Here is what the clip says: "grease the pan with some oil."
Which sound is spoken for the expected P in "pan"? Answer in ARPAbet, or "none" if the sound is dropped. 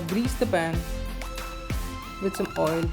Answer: B